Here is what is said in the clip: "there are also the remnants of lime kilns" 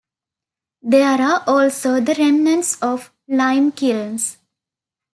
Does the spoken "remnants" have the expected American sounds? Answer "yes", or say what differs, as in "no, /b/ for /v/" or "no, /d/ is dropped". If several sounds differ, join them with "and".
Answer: yes